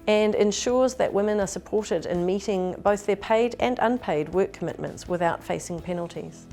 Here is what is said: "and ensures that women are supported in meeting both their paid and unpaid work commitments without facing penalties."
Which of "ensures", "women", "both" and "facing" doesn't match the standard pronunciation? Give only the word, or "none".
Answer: none